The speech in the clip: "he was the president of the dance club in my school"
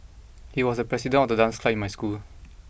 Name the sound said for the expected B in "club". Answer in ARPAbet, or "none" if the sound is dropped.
none